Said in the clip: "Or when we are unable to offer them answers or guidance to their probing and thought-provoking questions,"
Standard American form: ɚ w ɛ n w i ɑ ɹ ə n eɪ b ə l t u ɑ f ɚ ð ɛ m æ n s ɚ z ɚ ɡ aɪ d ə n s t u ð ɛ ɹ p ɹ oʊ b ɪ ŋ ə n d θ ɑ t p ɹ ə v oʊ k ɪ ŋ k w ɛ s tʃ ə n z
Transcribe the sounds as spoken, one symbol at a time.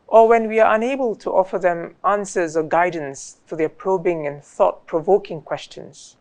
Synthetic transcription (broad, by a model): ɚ w ɛ n w i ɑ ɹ ə n eɪ b ə l t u ɑ f ɚ ð ɛ m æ n s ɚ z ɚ ɡ aɪ d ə n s t u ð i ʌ p ɹ oʊ b ɪ ŋ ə n θ ɑ t p ɹ ə v oʊ k ɪ ŋ k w ɛ s tʃ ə n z